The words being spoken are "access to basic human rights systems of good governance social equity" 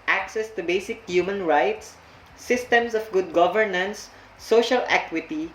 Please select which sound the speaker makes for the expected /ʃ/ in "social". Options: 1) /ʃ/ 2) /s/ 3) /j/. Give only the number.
1